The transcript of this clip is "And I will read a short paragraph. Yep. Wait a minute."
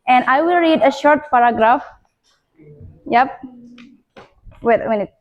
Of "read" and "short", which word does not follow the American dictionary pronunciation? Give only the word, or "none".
none